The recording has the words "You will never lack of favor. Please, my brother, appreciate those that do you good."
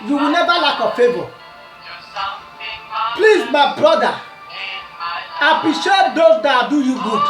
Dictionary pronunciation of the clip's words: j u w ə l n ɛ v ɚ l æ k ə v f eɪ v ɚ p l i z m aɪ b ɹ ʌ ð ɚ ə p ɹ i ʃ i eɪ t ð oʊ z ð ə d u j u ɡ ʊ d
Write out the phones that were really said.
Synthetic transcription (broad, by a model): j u w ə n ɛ v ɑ l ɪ k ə f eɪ b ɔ p l i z m aɪ b ɹ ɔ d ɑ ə p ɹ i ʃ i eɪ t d oʊ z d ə d u j u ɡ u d